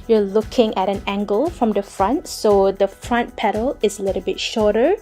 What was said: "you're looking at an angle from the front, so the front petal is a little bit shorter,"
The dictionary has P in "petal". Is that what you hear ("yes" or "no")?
yes